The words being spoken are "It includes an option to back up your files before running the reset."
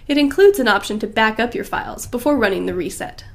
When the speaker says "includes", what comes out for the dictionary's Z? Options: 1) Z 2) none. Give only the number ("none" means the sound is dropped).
1